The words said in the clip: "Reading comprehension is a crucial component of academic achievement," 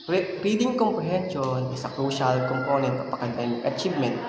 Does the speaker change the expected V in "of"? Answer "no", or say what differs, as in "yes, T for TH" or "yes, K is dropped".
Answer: yes, P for V